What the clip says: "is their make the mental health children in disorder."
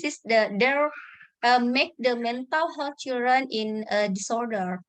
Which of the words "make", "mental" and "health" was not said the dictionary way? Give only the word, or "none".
health